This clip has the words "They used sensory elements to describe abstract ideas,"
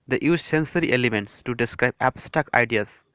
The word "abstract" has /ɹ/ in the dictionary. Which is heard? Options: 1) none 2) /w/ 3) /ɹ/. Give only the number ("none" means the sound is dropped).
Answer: 1